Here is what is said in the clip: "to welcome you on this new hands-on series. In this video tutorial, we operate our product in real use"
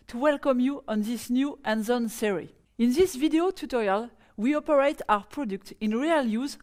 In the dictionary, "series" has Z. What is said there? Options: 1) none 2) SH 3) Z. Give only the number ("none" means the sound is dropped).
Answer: 1